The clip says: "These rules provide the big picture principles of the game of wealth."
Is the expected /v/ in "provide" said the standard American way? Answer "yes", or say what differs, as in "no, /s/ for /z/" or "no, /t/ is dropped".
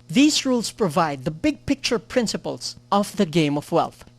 yes